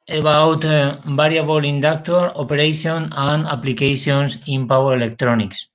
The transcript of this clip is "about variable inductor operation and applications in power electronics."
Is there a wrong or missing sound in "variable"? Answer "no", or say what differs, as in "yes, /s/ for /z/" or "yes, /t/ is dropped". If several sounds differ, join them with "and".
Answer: yes, /b/ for /v/